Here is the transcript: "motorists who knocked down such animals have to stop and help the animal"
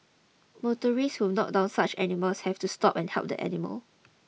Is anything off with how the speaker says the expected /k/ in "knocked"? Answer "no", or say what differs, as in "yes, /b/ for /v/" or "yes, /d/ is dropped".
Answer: yes, /k/ is dropped